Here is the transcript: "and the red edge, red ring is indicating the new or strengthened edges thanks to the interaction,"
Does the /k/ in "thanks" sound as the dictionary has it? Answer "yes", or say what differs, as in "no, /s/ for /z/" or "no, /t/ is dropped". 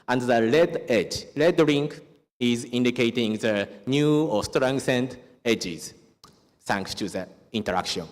yes